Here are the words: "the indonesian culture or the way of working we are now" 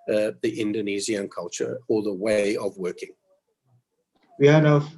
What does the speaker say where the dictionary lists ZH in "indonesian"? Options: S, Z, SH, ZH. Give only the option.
Z